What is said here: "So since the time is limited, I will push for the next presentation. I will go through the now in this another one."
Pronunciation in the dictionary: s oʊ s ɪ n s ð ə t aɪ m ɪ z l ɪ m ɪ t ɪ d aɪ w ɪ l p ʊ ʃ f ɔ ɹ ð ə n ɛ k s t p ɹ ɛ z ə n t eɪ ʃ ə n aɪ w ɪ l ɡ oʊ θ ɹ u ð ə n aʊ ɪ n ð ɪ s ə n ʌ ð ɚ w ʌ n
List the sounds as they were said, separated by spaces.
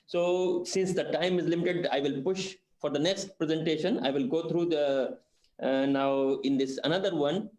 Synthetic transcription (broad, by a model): s oʊ s ɪ n s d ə t aɪ m ɪ z l ɪ m ɪ t ɪ d aɪ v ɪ l p ʊ ʃ f ɔ ɹ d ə n ɛ k s t p ɹ ɛ z ə n t eɪ ʃ ə n aɪ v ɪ l ɡ oʊ t ɹ u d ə n aʊ ɪ n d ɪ s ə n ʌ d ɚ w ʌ n